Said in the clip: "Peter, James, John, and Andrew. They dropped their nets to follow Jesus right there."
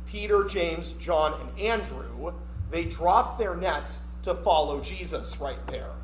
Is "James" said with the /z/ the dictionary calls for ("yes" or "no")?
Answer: yes